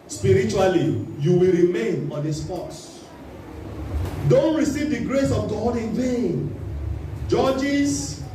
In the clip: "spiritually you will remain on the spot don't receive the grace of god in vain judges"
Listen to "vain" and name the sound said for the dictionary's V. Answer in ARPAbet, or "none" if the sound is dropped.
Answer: V